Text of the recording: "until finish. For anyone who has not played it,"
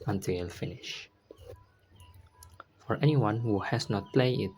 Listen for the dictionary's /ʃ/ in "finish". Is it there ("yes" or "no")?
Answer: yes